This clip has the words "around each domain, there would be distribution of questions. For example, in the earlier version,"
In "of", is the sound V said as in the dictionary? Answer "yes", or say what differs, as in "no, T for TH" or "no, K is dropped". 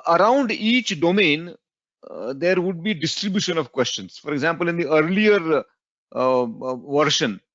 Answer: yes